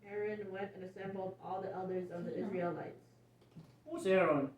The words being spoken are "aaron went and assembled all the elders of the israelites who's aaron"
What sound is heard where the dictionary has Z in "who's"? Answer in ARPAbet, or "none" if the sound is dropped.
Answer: S